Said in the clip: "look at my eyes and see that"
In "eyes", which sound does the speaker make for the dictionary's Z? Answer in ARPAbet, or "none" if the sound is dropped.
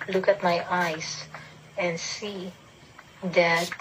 S